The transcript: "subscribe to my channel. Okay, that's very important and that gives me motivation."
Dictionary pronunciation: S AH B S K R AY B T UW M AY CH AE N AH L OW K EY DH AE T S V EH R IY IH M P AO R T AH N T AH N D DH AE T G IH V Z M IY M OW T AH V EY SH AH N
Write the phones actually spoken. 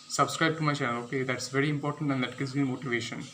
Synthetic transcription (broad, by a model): S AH B S K R AY B T UW M AY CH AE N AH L OW K EY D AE T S V EH R IY IH M P AO R T AH N T AH N D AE T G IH Z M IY M OW T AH V EY SH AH N